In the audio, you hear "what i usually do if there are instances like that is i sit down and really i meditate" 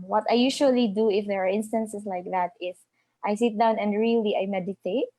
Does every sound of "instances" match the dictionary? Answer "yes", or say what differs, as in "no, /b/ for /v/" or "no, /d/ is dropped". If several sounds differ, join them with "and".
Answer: no, /s/ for /z/